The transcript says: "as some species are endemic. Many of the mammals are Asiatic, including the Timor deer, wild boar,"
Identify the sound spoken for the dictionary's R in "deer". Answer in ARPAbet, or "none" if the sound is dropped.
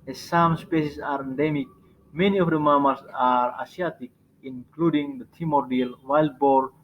L